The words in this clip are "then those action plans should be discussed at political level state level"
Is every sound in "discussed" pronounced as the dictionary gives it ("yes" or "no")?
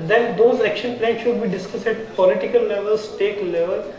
no